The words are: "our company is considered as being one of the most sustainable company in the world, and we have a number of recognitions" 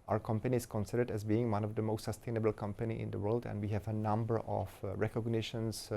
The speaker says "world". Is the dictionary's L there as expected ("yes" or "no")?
yes